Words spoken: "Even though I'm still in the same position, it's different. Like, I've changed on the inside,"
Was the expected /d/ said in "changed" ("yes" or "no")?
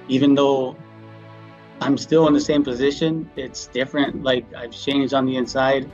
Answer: yes